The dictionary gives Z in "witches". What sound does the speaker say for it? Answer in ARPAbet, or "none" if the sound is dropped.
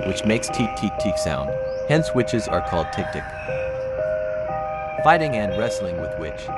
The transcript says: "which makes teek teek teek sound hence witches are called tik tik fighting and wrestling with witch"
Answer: Z